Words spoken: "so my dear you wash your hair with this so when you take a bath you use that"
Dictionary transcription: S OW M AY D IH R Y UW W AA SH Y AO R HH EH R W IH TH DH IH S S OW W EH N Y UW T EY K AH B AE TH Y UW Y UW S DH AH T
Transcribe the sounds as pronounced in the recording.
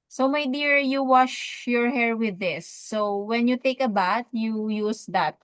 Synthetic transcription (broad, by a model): S OW M AY D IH R Y UW W AA SH Y AO R HH EH R W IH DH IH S S OW W EH N Y UW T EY K AH B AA T Y UW Y UW S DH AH T